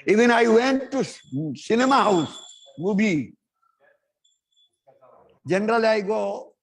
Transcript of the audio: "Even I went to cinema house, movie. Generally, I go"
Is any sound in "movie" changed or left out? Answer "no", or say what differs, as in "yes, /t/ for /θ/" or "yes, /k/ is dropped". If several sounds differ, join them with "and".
yes, /b/ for /v/